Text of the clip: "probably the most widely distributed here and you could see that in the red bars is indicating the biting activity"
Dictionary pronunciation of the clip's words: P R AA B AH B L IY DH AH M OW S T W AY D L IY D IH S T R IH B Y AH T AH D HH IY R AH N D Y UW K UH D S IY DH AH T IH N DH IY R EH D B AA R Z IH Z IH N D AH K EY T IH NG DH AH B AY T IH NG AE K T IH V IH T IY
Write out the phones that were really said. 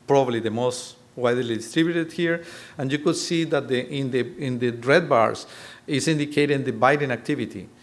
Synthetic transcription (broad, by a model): P R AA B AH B L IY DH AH M OW S T W AY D L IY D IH S T R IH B Y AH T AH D HH IY R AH N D Y UW K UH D S IY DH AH T IH N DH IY R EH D B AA R S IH S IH N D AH K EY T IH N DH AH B AY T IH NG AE K T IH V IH T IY